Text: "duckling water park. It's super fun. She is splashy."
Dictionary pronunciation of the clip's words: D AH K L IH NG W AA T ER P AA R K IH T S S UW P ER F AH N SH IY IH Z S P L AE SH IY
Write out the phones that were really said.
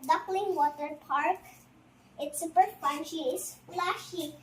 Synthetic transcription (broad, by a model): D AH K L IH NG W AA T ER P AA R K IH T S S UW P ER P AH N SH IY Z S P L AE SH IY